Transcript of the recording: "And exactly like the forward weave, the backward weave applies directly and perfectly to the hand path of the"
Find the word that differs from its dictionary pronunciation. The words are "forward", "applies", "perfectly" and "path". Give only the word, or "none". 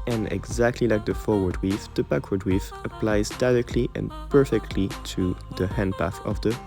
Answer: none